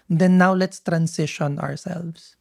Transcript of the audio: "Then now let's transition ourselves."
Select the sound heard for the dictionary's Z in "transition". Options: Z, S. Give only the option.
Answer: S